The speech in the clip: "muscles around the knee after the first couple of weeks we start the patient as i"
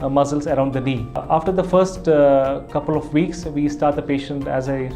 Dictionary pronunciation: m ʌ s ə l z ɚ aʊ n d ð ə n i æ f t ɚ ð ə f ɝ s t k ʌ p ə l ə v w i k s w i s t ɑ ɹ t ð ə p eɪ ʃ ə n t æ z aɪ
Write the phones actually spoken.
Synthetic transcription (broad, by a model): m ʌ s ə l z ɚ aʊ n d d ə n i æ f t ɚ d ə f ɝ s t k ʌ p ə l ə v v i k s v i s t ɑ ɹ t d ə p eɪ ʃ ə n t æ z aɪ